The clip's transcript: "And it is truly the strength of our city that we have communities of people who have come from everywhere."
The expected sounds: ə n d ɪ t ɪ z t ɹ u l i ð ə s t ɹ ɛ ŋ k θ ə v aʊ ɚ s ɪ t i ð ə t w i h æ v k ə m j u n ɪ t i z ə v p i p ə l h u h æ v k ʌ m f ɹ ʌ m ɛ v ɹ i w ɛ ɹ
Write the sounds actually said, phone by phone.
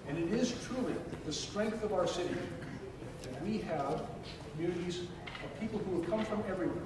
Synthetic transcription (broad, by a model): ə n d ɪ t ɪ z t ɹ u l i ð ə s t ɹ ɛ ŋ k θ ə v aʊ ɚ s ɪ t i ð ə t w i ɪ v k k m j u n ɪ t i z ə v p i p l h u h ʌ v k ʌ m f ɹ ʌ m ɛ v ɹ i w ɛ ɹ